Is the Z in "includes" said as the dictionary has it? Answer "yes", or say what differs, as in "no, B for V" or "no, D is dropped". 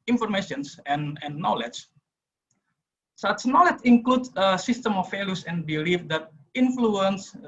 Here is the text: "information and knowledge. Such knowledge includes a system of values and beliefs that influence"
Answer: no, Z is dropped